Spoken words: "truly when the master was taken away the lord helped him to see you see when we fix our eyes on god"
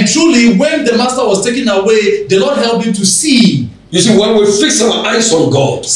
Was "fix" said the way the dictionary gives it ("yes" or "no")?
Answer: yes